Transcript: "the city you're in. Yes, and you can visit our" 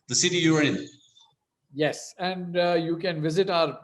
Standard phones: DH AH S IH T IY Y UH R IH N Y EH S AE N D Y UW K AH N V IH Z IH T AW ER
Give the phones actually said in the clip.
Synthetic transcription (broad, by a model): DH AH S IH T IY Y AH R IH N Y EH S AE N D Y UW K AH N V IH Z IH T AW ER